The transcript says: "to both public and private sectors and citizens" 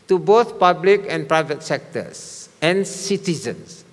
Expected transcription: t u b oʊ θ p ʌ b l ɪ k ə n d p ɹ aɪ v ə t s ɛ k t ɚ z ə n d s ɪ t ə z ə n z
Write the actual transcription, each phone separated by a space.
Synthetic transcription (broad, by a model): t u b oʊ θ p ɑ b l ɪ k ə n p ɹ aɪ v ə t s ɛ k t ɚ s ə n s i t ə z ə n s